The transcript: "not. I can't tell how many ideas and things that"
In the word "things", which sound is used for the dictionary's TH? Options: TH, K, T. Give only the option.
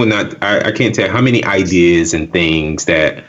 TH